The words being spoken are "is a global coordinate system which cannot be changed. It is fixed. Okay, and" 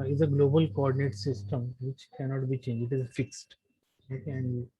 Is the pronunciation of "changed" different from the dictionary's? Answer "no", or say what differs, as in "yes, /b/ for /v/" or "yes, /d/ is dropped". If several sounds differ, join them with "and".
yes, /d/ is dropped